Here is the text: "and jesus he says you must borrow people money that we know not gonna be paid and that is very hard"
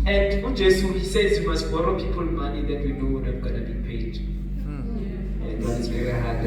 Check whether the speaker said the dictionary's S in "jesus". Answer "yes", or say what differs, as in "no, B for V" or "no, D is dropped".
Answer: no, S is dropped